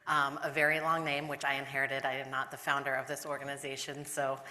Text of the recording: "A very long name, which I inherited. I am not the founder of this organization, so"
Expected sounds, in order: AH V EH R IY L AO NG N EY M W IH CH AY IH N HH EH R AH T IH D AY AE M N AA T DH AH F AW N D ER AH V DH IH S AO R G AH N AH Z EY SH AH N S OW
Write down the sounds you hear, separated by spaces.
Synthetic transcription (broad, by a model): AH V EH R IY L AO NG N EY M W IH CH AY IH N HH EH R AH T IH D AY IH M N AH T DH AH F AW N D ER AH V DH IH S AO R G AH N AH Z EY SH AH N S OW